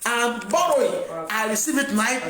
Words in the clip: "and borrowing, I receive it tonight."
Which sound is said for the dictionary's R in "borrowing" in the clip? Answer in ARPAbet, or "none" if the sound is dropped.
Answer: none